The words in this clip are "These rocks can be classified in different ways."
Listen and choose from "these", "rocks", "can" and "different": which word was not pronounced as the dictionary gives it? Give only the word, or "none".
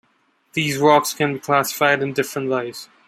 none